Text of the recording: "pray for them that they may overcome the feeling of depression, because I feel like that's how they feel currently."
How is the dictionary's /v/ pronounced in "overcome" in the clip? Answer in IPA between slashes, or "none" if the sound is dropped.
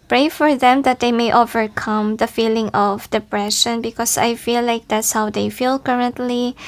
/v/